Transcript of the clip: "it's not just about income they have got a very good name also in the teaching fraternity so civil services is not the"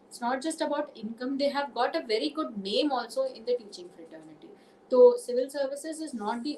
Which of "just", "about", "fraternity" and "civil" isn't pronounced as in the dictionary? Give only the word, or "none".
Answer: none